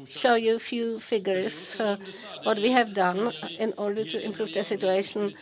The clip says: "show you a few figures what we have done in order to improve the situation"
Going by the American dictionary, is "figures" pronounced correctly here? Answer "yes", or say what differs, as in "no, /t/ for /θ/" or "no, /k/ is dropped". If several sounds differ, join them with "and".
no, /s/ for /z/